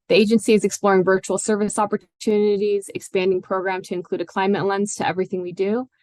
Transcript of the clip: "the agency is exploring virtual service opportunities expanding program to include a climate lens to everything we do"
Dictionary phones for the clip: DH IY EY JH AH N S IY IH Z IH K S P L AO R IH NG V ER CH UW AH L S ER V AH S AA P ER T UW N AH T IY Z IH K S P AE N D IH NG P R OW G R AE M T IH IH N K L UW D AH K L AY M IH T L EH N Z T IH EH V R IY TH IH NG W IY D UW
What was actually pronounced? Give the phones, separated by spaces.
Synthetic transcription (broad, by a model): DH IY EY JH AH N S IY IH Z IH K S P L AO R IH NG V ER CH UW L S ER V AH S AA P ER T UW N AH T IY Z IH K S P AE N D IH NG P R OW G R AE M T IH IH N K L UW D AH K L AY M IH T L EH N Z T IH EH V R IY TH IH NG W IY D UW